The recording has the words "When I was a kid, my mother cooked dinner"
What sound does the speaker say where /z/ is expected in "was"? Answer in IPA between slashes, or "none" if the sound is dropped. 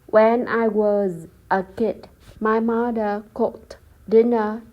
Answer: /z/